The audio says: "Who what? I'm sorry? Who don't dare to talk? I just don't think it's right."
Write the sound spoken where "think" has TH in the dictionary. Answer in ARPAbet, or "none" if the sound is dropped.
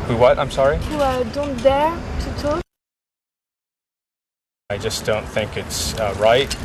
TH